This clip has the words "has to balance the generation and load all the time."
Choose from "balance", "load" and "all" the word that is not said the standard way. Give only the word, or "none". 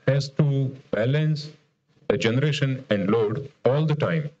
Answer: none